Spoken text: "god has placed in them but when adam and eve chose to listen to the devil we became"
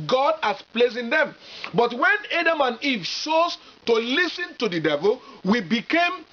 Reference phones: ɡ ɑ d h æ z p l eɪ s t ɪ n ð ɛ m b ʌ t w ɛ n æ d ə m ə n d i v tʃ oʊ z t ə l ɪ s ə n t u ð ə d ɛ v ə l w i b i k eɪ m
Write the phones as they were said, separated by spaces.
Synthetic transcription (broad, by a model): ɡ ɑ d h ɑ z p l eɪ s ɪ n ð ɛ m b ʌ t w ɛ n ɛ d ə m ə n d i v ʃ oʊ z t ə l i s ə n t u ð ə d ɛ v ə l w i b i k eɪ m